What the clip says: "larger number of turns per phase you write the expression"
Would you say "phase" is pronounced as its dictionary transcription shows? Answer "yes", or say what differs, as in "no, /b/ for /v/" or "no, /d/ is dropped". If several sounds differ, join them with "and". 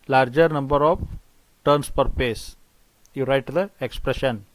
no, /p/ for /f/ and /s/ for /z/